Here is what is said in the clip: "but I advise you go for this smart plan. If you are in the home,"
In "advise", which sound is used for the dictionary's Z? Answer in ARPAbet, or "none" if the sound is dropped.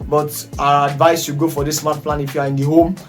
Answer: S